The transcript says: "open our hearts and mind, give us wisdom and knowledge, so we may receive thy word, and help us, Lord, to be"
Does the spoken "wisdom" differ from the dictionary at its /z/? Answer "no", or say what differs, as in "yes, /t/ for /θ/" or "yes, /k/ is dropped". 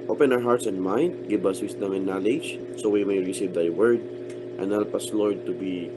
yes, /s/ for /z/